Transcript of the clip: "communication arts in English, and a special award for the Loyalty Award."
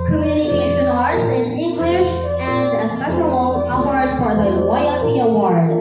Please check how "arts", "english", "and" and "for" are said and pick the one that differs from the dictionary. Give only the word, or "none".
for